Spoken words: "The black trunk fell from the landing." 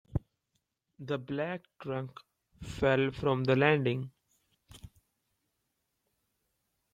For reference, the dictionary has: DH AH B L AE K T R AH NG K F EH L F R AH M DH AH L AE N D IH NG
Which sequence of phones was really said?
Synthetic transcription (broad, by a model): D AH B L AE K T R AH NG K F EH L F R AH M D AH L AE N D IH NG